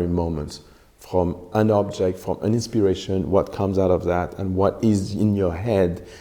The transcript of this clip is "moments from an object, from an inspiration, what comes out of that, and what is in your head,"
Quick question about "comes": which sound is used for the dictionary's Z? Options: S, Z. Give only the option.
Z